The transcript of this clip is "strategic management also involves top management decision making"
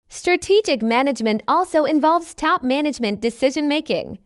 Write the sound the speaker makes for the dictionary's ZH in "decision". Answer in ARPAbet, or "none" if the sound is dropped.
ZH